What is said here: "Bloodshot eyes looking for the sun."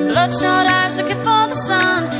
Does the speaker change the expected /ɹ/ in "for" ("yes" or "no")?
yes